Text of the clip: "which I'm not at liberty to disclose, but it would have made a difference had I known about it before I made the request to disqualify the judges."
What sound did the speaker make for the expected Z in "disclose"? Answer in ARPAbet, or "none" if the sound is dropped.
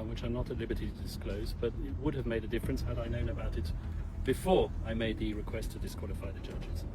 Z